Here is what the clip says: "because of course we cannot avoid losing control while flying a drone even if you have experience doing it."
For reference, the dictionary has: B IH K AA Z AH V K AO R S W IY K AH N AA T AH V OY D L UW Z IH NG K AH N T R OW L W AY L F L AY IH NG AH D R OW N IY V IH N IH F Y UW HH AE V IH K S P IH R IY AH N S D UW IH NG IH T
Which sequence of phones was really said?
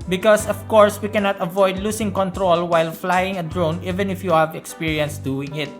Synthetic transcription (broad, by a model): B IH K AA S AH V K AO R S W IY K AH N AA T AH V OY D L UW S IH NG K AH N T R OW L W AY L F L AY IH NG AH D R OW N IY V IH N IH F Y UW HH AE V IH K S P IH R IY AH N S D UW IH NG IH T